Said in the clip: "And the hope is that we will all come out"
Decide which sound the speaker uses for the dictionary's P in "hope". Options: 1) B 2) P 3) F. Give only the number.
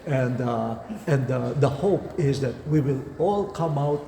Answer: 2